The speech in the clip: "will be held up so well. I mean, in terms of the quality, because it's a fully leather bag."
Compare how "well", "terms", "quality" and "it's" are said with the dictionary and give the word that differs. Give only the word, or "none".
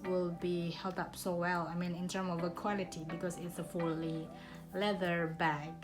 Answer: terms